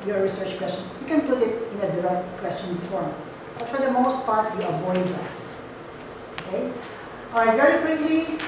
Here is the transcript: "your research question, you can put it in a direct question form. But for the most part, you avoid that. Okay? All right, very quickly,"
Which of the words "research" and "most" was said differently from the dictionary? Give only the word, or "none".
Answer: none